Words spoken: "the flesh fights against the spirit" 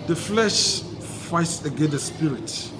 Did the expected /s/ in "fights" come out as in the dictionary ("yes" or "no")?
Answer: yes